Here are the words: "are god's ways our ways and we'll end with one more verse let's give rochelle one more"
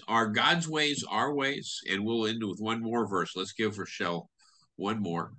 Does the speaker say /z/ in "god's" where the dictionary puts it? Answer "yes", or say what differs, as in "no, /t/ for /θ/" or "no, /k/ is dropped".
yes